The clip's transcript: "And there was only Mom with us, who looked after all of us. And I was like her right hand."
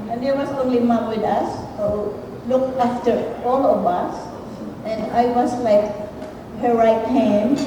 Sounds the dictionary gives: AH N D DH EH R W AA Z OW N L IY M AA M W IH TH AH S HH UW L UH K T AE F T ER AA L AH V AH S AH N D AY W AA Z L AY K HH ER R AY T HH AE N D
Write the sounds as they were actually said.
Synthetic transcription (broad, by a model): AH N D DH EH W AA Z OW N L IY M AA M W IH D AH S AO L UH K AE F T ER AA L AH V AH S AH N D AY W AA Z L AY K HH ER R AY T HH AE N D